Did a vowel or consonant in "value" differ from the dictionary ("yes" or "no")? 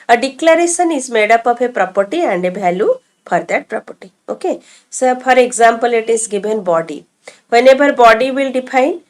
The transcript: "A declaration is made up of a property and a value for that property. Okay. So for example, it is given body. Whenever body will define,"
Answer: yes